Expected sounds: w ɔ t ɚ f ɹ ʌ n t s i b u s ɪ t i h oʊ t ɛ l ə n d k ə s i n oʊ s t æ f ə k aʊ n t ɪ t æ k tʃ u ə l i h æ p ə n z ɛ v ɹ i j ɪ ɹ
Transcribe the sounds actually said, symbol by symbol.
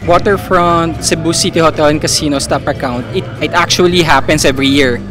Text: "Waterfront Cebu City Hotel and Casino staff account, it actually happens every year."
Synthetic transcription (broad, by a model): w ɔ t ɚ f ɹ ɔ n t s i b u s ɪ t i h oʊ t ɛ l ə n k ə s i n oʊ s t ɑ p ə k aʊ n t ɪ t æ k tʃ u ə l i h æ p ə n s ɛ v ɹ i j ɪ ɹ